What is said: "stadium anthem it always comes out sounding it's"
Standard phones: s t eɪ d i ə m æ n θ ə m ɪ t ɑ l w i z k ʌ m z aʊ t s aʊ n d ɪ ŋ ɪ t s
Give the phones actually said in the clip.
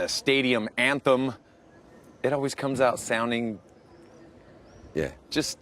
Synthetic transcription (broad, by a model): s t eɪ d i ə m æ n θ ə m ɪ t ɑ l w i z k ʌ m z aʊ t s aʊ n d ɪ ŋ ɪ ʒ s